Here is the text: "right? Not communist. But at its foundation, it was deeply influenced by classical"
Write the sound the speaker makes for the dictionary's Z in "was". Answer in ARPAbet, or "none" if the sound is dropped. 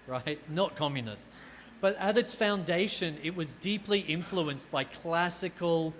Z